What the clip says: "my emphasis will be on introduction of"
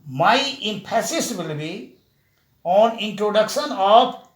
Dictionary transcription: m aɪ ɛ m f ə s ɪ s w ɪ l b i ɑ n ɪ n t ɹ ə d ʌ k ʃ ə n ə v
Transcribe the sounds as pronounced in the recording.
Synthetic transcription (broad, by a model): m aɪ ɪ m p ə s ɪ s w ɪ l b i ɑ n ɪ n t ɹ ə d ʌ k ʃ ə n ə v